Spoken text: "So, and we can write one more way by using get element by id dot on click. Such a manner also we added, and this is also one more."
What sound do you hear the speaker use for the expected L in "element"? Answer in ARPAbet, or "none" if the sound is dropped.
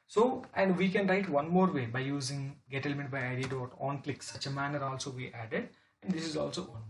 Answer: L